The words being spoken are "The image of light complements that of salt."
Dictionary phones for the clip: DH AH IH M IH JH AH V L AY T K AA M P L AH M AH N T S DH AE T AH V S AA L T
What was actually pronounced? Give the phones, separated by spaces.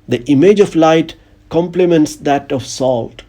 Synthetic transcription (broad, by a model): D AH IH M IH JH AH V L AY T K AA M P L AH M AH N T S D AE T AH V S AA L T